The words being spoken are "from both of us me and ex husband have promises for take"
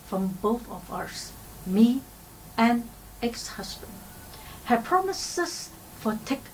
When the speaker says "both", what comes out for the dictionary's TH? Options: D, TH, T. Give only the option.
TH